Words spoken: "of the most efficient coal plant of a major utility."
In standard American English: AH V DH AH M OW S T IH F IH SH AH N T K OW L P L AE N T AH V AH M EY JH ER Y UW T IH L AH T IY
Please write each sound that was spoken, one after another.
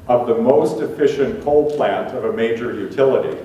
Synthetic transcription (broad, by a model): AH V DH AH M OW S T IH F IH SH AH N K OW L P L AE N T AH V AH M EY JH ER Y UW T IH L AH T IY